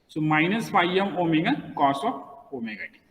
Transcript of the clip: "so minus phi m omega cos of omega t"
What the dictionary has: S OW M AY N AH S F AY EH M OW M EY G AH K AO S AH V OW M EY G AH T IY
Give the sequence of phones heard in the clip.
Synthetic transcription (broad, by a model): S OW M AY N AH S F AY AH M OW M EY G AH K AO S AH P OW M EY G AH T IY